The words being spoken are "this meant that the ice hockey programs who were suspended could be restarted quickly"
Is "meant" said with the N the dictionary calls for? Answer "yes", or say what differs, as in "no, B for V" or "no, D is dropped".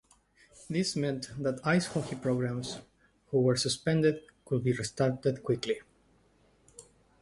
yes